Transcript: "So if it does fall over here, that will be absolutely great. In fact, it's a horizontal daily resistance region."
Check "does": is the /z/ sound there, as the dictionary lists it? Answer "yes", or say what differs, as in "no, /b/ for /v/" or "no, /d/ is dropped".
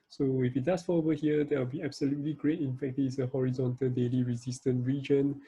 no, /s/ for /z/